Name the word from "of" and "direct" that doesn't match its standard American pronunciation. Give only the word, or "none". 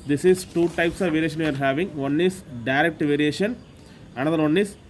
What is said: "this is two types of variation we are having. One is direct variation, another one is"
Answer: none